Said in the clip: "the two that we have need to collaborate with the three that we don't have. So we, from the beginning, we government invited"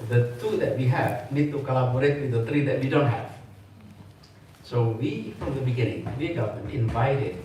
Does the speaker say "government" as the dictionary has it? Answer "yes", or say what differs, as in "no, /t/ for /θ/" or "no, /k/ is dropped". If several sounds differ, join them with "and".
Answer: no, /t/ is dropped